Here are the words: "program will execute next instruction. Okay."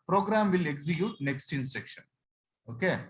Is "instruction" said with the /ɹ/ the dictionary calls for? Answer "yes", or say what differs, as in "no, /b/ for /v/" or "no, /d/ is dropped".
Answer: no, /ɹ/ is dropped